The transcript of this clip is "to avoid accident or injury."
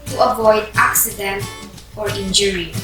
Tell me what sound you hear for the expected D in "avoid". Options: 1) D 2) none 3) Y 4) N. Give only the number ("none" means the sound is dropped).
1